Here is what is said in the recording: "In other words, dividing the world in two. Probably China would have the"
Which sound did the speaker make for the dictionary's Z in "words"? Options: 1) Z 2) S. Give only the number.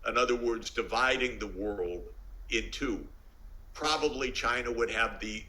1